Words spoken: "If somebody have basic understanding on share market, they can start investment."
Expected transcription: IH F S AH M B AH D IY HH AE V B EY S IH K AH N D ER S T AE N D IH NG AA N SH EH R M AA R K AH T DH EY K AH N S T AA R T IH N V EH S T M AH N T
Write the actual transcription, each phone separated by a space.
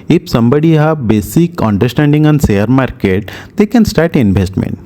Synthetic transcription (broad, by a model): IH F S AH M B AH D IY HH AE B EY S IH K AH N D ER S T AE N D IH NG AA N S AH R M AA R K AH T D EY K AH N S T AA R T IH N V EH S T M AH N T